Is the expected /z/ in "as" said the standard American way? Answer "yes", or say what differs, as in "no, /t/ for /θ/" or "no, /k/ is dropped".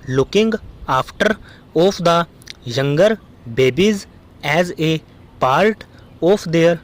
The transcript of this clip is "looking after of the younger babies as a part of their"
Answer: yes